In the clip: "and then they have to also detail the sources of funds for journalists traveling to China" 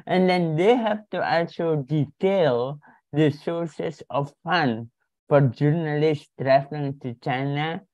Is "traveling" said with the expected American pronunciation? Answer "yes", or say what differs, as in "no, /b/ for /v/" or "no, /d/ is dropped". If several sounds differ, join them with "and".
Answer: no, /f/ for /v/